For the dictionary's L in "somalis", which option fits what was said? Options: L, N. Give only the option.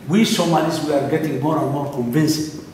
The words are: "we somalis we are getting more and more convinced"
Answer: N